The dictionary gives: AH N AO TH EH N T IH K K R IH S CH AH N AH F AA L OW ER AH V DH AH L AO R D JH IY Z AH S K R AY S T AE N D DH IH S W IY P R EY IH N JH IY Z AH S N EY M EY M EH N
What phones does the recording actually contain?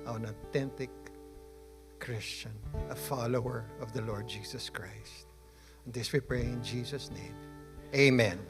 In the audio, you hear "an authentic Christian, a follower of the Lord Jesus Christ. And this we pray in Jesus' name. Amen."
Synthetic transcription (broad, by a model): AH N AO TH EH N T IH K K R IH S CH AH N AH F AA L OW ER AH V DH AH L AO R D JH IY S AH S K R AY S T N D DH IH S W IY P R EY IH N JH IY S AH S N EY M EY M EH N